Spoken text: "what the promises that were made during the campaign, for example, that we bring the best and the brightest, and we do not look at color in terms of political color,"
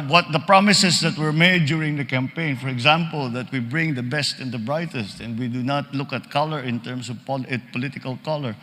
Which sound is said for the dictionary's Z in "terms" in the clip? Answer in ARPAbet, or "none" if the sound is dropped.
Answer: S